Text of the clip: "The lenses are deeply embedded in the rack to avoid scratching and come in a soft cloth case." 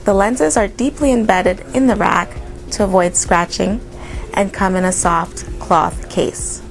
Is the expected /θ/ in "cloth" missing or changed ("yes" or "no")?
no